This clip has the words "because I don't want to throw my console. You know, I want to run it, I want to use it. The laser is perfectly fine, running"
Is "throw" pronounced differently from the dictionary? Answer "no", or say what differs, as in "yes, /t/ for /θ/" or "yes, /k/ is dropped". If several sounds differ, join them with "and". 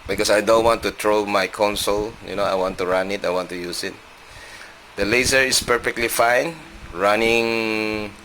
yes, /t/ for /θ/